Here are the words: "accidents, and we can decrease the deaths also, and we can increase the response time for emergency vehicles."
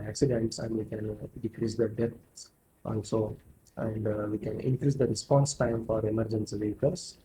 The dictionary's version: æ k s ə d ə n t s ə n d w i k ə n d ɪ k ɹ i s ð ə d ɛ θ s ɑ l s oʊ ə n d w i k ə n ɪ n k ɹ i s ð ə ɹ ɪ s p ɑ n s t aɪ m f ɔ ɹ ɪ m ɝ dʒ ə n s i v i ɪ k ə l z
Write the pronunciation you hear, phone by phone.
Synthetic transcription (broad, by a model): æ k s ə d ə n t s ə n d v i k ə n d ɪ k ɹ i s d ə d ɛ t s ɑ l s oʊ ə n d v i k ə n ɪ n k ɹ i s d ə ɹ ɪ s p ɑ n s t aɪ m f ɔ ɹ ɪ m ɝ dʒ ə n s i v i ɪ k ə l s